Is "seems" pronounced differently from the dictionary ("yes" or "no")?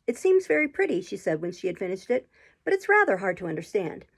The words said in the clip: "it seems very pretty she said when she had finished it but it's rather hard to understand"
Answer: no